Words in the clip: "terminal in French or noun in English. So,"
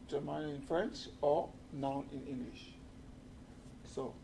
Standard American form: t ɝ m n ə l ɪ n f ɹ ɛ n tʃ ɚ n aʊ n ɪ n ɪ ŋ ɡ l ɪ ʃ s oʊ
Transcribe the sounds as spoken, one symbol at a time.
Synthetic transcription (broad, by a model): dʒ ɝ m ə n ɪ n f ɹ ɛ n tʃ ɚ n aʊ n ɪ n ɪ ŋ ɡ l ɪ ʃ s oʊ